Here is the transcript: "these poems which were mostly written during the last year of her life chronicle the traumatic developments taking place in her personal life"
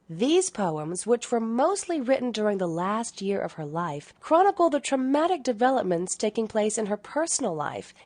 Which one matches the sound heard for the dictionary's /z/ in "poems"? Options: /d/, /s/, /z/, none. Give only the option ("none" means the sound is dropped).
/z/